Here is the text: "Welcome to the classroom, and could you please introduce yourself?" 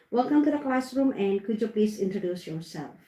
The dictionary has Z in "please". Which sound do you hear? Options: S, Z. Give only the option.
S